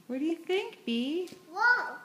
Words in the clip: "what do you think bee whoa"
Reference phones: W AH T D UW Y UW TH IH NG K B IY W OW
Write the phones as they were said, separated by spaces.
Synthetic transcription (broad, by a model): W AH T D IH Y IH TH IH NG K B IY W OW